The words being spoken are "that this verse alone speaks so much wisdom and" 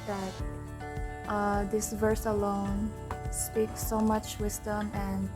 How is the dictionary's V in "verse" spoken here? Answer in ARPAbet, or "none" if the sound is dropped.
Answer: V